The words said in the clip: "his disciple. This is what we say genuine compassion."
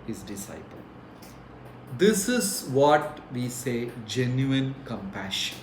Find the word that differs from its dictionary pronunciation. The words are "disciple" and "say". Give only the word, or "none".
none